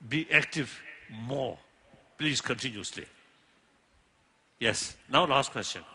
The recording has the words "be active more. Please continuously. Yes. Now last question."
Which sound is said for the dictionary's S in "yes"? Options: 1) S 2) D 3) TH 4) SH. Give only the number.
1